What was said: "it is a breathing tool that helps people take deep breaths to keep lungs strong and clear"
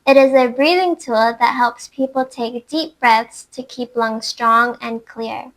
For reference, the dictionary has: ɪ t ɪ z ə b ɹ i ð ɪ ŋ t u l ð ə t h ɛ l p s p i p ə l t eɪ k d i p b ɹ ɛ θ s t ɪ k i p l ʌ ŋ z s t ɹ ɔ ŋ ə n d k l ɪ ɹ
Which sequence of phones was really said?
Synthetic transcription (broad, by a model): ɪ t ɪ z ə b ɹ i ð ɪ ŋ t u l ð ə t h ɛ l p s p i p l t eɪ k d i p b ɹ ɛ θ s t ɪ k i p l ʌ ŋ s t ɹ ɔ ŋ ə n k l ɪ ɹ